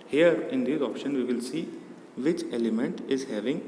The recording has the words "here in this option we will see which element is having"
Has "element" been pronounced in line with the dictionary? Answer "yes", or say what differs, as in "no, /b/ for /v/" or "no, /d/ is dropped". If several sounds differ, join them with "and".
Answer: yes